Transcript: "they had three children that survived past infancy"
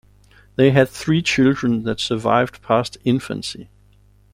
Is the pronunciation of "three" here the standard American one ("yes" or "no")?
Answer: yes